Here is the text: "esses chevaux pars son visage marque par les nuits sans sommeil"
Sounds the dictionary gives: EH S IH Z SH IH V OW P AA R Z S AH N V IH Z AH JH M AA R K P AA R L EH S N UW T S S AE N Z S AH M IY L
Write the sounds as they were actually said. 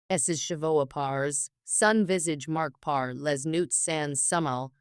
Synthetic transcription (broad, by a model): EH S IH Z SH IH V OW P AA R Z S AH N V IH Z AH JH M AA R K P AA R L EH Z N UW T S S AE N S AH M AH L